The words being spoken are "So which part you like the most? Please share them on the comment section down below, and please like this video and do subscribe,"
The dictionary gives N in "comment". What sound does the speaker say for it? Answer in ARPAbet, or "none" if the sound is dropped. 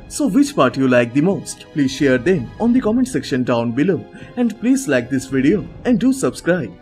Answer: N